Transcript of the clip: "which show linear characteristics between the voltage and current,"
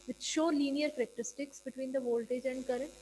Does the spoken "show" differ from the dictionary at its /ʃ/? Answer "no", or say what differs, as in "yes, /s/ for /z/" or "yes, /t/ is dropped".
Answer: no